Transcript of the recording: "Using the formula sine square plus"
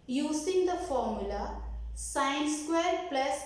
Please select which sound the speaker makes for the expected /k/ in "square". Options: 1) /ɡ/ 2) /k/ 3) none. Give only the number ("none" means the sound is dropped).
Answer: 2